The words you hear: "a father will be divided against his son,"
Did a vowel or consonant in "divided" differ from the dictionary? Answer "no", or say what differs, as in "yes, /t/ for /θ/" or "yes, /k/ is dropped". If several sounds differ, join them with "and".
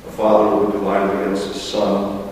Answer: yes, /v/ is dropped